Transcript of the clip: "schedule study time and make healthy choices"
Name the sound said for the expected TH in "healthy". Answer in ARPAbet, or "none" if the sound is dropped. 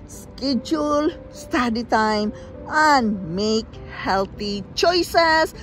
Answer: T